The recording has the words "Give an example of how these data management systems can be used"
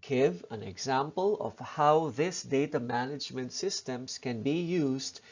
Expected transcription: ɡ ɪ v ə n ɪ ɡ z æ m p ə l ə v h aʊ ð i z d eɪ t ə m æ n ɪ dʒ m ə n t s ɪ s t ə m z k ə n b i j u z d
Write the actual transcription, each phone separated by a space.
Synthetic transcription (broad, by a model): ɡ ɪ v ə n ɪ ɡ z æ m p ə l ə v h aʊ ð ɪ s d eɪ t ə m æ n ɪ dʒ m ə n t s ɪ s t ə m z k ə n b i j u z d